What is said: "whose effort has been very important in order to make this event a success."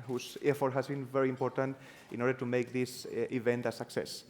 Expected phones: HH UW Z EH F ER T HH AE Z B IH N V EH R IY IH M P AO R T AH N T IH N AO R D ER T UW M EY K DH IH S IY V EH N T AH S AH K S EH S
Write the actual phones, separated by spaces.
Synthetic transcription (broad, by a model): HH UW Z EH F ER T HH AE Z B IH N V EH R IY IH M P AO R T AH N T IH N AO R D ER T UW M EY K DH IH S IY V EH N T AH S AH K S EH S